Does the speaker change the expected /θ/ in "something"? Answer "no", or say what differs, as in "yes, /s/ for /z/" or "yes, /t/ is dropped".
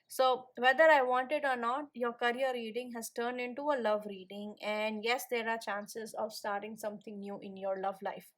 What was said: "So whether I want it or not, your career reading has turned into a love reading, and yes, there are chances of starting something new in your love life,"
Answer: yes, /t/ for /θ/